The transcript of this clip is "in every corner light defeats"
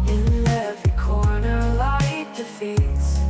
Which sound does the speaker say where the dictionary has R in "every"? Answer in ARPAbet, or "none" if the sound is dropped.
none